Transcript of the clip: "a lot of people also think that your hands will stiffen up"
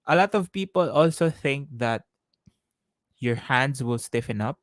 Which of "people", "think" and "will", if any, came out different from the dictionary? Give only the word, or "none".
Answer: none